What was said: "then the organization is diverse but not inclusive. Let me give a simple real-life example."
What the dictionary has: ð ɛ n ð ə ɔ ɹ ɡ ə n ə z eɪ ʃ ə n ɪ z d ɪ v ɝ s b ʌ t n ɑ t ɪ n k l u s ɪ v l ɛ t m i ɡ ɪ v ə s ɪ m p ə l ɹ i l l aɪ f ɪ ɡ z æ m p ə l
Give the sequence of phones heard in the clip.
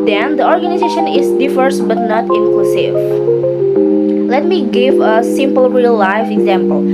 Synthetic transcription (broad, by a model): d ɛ n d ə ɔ ɹ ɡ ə n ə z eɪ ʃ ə n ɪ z d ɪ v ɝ s b ʌ t n ɑ t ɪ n k l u s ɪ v l ɛ t m i ɡ ɪ v ə s ɪ m p ə l ɹ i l l aɪ f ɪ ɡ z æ m p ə l